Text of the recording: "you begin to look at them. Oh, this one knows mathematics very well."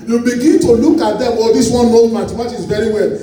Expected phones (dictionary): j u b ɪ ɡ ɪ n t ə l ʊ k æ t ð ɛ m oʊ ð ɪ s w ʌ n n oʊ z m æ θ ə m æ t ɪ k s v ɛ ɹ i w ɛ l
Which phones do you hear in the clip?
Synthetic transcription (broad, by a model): j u b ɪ ɡ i n t ə l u k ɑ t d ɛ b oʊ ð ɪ s w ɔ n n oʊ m m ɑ t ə m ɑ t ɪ s v ɛ ɹ i w ɛ l